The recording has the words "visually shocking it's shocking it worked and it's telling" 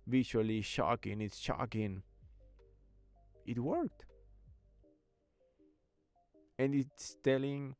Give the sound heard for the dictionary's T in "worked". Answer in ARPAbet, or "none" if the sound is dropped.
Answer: T